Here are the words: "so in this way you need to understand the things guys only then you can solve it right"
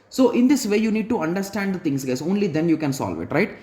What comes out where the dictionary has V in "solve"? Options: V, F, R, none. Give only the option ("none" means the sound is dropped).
V